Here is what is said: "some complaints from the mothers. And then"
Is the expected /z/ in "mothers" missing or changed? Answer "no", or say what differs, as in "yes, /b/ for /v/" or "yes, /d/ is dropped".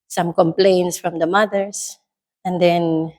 yes, /s/ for /z/